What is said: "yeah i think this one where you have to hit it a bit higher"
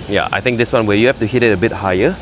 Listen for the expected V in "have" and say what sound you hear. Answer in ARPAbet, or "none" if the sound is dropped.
F